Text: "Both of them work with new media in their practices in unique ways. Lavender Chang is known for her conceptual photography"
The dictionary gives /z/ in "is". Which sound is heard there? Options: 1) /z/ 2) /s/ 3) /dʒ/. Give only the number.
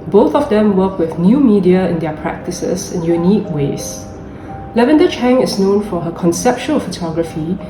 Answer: 2